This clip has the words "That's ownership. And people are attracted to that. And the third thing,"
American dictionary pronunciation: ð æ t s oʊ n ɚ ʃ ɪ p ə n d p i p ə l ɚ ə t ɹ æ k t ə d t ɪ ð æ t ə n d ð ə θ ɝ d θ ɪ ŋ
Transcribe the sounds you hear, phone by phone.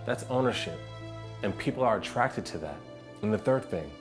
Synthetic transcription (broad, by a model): ð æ t s oʊ n ɚ ʃ ɪ p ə n p i p l ɚ ə t ɹ æ k t ə d t ɪ ð æ t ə n ð ə θ ɝ d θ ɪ ŋ